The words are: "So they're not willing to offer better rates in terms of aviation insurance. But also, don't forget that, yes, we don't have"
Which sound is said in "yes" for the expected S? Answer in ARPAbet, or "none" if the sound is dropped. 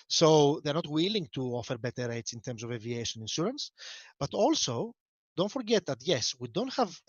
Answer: S